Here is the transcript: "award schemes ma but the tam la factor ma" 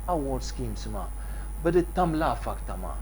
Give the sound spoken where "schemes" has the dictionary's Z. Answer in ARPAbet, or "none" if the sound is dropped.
S